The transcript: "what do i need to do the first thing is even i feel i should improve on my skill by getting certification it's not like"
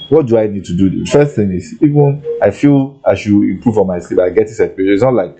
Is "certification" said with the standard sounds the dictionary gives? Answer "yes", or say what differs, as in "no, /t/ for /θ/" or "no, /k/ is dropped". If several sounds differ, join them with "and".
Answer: no, /n/ is dropped